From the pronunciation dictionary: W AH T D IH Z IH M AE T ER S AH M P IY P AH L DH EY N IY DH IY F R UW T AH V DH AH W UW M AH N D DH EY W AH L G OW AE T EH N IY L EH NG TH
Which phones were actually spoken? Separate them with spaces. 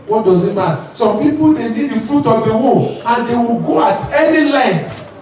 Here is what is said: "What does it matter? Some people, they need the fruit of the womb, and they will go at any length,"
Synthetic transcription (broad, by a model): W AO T D IH Z IH M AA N S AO M P IY P AH L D EY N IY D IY F R UW T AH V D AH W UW AH N D EY W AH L G OW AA T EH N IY L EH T